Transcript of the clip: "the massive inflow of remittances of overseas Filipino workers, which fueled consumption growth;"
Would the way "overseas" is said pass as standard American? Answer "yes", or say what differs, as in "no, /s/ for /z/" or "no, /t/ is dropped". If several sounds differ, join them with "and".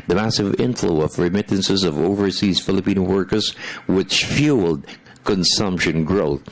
yes